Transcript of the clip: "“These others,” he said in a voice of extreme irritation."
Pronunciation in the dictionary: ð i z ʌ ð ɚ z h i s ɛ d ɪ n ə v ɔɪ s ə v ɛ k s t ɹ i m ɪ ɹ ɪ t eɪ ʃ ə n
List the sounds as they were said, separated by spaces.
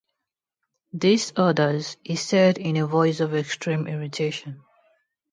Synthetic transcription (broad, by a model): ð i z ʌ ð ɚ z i s ɛ d ɪ n ə v ɔɪ s ə v ɛ k s t ɹ i m ɪ ɹ ɪ t eɪ ʃ ə n